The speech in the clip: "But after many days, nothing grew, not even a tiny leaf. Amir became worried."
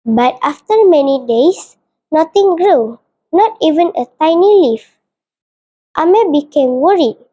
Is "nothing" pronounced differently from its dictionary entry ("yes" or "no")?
yes